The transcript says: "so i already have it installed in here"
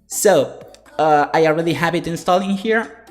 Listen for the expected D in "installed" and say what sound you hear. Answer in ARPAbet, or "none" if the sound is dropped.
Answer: none